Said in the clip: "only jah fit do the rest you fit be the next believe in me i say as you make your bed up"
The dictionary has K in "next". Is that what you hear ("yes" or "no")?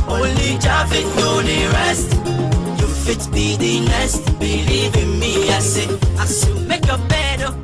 no